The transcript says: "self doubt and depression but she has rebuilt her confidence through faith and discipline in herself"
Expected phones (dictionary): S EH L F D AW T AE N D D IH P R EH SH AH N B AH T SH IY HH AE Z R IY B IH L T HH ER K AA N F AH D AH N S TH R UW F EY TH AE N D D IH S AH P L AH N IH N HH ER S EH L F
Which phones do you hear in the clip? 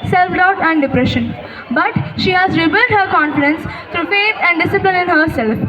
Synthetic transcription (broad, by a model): S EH L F D AW T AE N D D IH P R EH SH AH N B AH T SH IY HH AE Z R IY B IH L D HH ER K AA N F AH D AH N S T R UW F EY T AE N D D IH S AH P L AH N IH N HH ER S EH L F